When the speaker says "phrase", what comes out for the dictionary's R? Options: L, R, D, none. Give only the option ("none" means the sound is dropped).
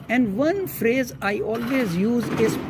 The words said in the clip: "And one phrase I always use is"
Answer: R